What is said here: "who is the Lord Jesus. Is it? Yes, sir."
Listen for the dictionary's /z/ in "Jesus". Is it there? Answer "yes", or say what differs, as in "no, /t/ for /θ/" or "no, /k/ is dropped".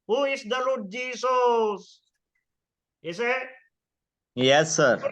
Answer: no, /s/ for /z/